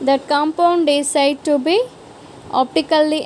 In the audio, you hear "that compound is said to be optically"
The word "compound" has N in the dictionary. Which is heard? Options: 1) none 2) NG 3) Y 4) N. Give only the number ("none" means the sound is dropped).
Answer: 4